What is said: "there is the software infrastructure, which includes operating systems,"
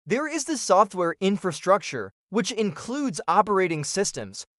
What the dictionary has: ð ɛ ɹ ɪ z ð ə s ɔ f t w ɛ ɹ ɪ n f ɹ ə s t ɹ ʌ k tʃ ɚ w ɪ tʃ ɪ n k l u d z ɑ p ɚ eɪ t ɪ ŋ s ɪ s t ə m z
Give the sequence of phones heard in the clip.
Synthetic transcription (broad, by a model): ð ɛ ɹ ɪ z ð ə s ɔ f t w ɛ ɹ ɪ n f ɹ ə s t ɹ ʌ k tʃ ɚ w ɪ tʃ ɪ n k l u d z ɑ p ɚ eɪ t ɪ ŋ s ɪ s t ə m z